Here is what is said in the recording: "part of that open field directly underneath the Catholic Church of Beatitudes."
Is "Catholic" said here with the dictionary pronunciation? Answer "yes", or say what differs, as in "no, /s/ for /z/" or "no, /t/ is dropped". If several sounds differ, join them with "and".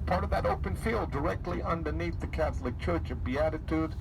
yes